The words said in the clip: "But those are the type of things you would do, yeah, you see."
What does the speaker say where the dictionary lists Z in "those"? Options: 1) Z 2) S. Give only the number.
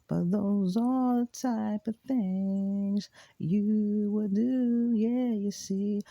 1